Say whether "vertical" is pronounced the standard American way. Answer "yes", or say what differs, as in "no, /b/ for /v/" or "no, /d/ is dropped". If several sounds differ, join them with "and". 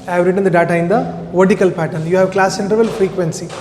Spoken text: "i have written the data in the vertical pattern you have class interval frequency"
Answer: yes